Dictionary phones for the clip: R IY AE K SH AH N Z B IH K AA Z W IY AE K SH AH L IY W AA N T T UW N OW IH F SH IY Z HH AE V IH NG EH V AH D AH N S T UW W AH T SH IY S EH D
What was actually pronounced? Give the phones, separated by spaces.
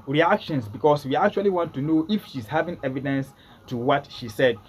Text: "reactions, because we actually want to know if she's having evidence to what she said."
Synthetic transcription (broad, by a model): R IY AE K SH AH N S B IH K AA S W IY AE K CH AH L IY W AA N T T UW N OW IH F SH IY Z HH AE V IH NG EH V AH D AH N S T UW W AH T SH IY S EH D